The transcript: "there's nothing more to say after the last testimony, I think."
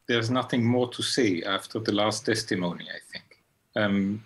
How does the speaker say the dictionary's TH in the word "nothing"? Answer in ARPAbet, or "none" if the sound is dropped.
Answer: TH